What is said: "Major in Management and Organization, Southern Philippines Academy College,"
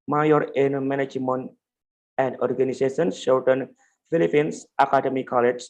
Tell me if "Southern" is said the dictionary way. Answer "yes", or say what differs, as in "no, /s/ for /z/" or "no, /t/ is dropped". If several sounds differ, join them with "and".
no, /ʃ/ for /s/